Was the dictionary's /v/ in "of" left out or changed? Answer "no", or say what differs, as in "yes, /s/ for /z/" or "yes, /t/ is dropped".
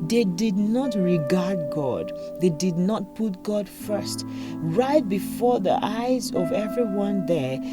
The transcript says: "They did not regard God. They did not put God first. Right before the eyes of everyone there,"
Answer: no